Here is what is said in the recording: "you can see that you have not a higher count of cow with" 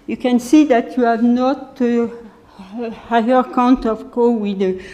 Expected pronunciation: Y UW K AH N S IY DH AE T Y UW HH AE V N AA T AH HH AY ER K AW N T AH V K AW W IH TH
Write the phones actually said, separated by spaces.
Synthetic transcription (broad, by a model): Y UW K AH N S IY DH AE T Y UW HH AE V N AA T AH HH AY ER K AW N T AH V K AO W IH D